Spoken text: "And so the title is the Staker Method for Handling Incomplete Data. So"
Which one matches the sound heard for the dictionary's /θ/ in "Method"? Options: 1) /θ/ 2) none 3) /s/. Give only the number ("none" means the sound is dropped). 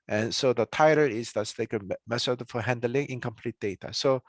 3